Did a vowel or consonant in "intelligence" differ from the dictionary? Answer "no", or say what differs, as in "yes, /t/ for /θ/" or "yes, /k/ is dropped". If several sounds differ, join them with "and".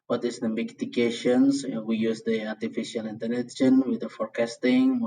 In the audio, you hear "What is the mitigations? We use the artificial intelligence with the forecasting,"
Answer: yes, /n/ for /l/ and /s/ is dropped